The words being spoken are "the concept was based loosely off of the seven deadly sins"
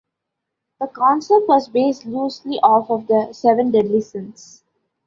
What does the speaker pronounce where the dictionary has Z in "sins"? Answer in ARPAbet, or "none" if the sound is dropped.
S